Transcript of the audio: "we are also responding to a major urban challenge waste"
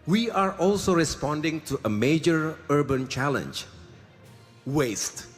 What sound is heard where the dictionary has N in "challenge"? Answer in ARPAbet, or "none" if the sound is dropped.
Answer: N